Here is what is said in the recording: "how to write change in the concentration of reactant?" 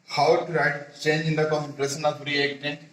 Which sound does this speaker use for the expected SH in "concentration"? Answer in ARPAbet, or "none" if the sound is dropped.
S